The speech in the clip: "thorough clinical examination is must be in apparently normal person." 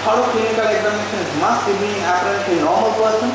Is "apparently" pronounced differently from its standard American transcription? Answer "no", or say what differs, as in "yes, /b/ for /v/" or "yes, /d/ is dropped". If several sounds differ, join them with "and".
yes, /l/ is dropped